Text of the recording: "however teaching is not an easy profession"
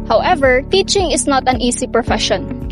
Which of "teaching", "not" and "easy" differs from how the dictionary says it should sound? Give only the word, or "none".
easy